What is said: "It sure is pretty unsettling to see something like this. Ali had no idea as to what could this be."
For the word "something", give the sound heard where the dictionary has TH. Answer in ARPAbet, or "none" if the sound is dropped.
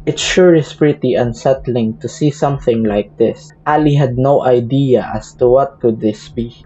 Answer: TH